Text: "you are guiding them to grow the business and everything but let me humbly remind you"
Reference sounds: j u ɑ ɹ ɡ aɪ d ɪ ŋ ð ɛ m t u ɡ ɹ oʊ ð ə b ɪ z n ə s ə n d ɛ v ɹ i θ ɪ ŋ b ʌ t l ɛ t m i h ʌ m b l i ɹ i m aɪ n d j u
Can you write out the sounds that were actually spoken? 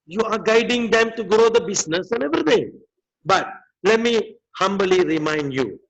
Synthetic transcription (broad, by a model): j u ɑ ɹ ɡ aɪ d ɪ ŋ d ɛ m t u ɡ ɹ oʊ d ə b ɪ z n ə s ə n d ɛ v ɹ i t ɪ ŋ b ʌ t l ɛ t m i h ʌ m b l i ɹ i m aɪ n d j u